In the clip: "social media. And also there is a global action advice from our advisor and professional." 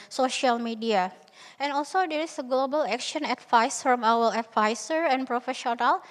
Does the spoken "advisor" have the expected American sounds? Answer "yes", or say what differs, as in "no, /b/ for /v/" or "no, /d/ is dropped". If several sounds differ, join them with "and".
no, /s/ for /z/